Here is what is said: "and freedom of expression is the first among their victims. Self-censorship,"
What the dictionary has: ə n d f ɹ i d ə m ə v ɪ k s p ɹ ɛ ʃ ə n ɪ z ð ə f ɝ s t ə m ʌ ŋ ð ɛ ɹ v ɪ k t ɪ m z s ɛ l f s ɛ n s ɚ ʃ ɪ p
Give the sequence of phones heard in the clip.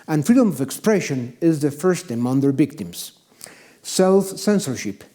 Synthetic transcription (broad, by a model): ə n f ɹ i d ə m ə v ɪ k s p ɹ ɛ ʃ ə n ɪ z ð ə f ɝ s t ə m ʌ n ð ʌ ɹ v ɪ k t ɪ m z s ɛ l f s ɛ n s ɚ ʃ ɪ p